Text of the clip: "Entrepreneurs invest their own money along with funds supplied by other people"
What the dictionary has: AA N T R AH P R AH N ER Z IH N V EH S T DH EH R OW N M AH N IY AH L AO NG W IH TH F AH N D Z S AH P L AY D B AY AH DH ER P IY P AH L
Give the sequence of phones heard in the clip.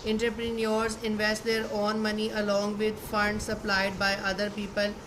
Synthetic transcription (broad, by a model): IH N T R P R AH N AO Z IH N V EH S T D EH R OW N M AH N IY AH L AO NG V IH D F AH N D S AH P L AY D B AY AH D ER P IY P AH L